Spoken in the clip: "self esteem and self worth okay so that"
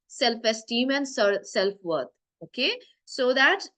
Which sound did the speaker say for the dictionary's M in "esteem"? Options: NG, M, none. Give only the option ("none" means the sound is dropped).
M